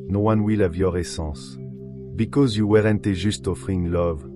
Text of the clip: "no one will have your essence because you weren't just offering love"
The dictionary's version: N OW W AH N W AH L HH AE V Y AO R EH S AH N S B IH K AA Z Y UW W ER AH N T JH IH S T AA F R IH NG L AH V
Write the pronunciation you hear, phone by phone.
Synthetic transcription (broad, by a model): N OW W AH N W AH L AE V Y AO R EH S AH S B IH K AA Z Y UW W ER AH N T ZH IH S T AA F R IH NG L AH V